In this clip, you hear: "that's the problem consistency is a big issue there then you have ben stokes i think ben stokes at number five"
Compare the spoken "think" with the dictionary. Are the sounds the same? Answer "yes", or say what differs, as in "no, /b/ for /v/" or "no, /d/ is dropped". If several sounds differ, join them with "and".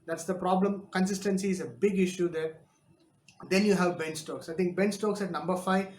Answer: no, /t/ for /θ/